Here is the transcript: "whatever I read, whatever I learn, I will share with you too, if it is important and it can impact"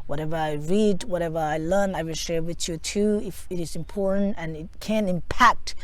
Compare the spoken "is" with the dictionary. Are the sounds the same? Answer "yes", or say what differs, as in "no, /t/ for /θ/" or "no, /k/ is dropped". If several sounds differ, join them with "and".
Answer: yes